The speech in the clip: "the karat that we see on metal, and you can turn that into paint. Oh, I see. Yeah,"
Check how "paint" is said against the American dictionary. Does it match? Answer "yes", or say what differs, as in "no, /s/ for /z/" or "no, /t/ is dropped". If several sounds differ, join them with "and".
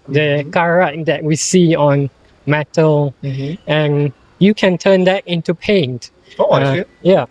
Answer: yes